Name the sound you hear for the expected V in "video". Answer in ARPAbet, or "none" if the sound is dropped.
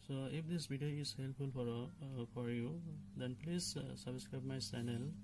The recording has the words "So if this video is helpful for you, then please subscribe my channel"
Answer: B